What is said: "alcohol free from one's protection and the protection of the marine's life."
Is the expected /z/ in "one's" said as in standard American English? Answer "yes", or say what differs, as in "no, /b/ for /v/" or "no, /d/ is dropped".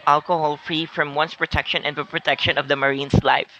no, /s/ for /z/